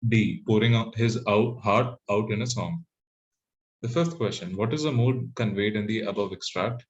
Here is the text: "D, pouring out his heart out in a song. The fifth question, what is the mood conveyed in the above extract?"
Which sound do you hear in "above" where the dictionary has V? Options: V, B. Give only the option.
V